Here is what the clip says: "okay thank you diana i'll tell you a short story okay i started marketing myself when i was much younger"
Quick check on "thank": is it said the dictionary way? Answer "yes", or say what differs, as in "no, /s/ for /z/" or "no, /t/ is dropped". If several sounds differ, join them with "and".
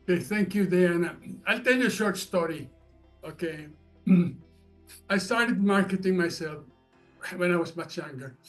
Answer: yes